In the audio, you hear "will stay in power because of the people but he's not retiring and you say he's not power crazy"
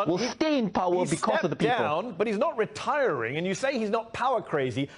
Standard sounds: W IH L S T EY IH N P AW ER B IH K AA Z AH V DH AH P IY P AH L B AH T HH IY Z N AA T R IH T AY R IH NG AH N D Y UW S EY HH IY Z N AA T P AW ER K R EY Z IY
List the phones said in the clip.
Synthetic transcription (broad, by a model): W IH L S T EY IH N P AW ER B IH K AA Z AH V DH AH P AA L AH N B AH T HH IY Z N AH T R IH T AY R IH NG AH N Y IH S EY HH IY Z N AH T P AW ER K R EY Z IY